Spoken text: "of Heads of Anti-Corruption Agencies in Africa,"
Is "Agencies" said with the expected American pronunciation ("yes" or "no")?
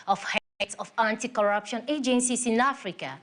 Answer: no